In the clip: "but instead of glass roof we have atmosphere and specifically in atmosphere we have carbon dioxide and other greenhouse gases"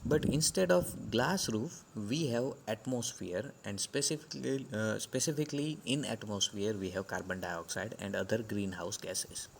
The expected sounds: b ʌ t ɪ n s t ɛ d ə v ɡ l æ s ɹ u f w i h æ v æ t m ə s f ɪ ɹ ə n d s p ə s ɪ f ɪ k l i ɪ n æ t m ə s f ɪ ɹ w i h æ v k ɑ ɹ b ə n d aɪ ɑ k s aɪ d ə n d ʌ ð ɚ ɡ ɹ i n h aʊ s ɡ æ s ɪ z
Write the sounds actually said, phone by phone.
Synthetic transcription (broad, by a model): b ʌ t ɪ n s t ɛ d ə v ɡ l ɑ s ɹ u f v i h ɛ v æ t m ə s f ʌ ɹ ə n d s p ə s ɪ f ɪ k l i ɪ n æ t m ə s f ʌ ɹ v i h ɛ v k ɑ ɹ b ə n d aɪ ɑ k s aɪ d ə n d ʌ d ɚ ɡ ɹ i n h aʊ s ɡ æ s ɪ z